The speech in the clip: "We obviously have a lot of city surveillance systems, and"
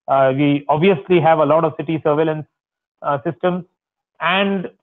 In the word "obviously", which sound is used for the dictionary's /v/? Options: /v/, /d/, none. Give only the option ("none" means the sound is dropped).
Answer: /v/